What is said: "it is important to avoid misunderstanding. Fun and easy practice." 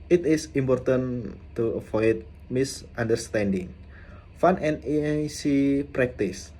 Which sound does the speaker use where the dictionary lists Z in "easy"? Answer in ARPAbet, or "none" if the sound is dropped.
S